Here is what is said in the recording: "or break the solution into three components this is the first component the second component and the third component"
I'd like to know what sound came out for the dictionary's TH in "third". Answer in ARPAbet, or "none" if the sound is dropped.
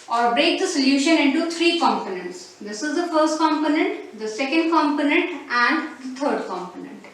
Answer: T